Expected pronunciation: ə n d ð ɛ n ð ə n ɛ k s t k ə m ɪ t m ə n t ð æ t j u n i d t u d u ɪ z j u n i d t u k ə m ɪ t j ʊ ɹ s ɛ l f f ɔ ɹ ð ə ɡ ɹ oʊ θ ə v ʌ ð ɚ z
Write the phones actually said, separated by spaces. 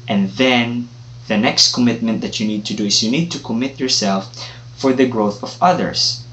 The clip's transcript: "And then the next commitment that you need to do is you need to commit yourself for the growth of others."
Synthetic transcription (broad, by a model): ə n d ð ɛ n ð ə n ɛ k s t k ə m ɪ t m ə n t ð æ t j u n i d t u d u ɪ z j u n i d t u k ə m ɪ t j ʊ ɹ s ɛ l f f ɔ ɹ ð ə ɡ ɹ oʊ θ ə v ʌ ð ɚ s